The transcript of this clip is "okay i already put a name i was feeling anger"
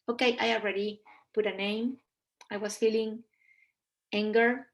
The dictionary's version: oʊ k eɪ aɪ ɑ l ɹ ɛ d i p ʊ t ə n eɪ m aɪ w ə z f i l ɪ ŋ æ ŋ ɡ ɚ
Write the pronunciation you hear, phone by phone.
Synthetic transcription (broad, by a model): oʊ k eɪ aɪ ɑ l ɹ ɛ d i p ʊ t ə n eɪ m aɪ w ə s f i l ɪ ŋ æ ŋ ɡ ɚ